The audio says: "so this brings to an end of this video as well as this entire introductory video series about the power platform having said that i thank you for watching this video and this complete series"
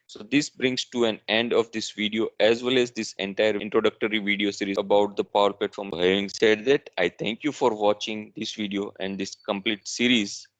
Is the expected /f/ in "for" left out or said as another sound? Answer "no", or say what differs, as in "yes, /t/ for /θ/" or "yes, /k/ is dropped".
no